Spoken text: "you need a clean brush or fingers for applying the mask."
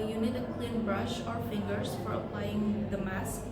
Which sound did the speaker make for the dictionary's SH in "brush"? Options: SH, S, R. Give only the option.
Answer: SH